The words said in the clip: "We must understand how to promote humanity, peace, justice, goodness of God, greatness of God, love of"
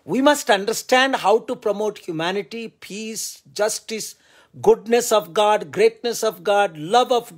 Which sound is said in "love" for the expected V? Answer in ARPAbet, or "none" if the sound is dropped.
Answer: V